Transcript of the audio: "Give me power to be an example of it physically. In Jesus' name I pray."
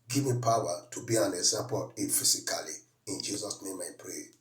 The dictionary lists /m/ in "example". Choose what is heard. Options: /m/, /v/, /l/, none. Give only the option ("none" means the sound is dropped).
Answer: none